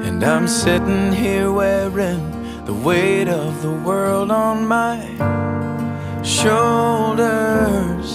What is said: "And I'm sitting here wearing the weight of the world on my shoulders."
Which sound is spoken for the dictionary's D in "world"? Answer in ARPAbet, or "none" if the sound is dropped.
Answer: D